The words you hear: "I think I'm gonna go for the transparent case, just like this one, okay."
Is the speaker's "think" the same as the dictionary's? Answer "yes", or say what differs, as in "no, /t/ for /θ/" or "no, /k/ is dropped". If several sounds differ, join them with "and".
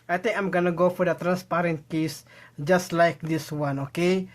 no, /t/ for /θ/